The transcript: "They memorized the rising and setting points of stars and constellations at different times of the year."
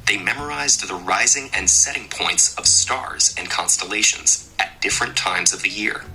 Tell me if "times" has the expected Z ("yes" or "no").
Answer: yes